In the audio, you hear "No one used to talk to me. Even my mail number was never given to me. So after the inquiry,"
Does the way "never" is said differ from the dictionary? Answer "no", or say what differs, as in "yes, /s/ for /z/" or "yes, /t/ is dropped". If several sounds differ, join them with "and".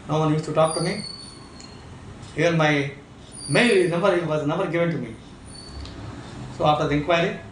yes, /b/ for /v/